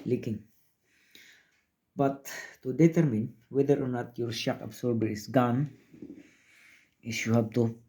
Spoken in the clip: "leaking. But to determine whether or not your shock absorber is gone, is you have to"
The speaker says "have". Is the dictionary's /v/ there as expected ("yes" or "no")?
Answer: no